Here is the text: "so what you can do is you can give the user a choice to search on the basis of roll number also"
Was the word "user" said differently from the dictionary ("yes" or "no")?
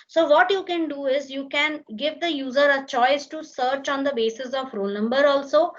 no